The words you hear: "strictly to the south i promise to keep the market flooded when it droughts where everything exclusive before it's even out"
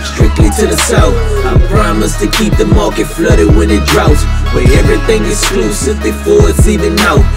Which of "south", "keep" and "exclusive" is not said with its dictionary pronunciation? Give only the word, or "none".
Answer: south